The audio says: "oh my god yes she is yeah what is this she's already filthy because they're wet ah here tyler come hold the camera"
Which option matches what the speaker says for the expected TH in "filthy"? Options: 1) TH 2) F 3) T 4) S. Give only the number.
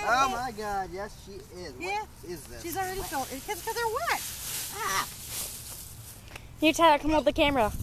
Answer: 3